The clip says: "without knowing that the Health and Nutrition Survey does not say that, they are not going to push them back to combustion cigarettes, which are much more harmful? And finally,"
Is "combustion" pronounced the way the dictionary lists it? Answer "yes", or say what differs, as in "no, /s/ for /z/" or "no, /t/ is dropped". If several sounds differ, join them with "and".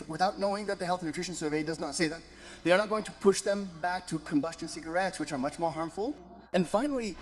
yes